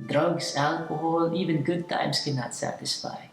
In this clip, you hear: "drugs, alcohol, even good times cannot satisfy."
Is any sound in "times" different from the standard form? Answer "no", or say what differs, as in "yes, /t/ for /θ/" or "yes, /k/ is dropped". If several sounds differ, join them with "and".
yes, /s/ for /z/